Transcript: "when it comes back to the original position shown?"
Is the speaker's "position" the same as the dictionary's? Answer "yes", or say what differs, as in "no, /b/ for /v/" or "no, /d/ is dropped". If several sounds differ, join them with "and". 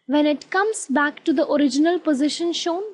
yes